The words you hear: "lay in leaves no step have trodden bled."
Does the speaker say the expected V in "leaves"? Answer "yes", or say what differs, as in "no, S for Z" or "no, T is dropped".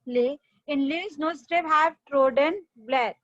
no, V is dropped